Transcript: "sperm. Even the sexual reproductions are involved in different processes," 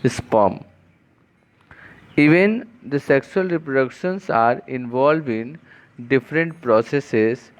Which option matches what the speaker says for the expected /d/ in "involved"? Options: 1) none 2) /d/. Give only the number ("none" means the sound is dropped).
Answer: 1